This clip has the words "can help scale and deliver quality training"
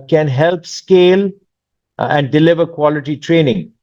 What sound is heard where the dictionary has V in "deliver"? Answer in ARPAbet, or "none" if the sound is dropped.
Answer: V